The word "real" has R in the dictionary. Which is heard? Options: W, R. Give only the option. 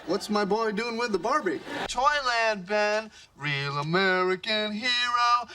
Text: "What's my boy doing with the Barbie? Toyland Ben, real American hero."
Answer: R